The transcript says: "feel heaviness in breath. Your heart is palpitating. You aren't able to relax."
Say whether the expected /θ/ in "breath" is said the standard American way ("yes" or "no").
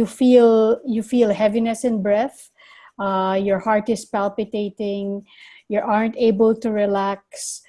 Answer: yes